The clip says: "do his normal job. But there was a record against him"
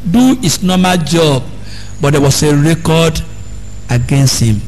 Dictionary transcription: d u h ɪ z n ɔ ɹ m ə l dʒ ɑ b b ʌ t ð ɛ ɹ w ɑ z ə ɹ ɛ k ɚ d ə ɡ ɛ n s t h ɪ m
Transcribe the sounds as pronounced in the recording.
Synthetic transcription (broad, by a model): d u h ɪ s n ɔ m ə l dʒ ɑ b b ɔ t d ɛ w ɑ s ə ɹ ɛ k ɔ d ə ɡ ɛ n s t h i m